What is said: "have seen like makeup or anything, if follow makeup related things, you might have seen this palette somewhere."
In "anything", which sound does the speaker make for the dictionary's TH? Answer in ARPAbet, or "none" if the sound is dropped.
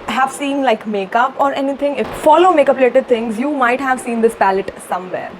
T